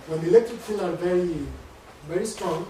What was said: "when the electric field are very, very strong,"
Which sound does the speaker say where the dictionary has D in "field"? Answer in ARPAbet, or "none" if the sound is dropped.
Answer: none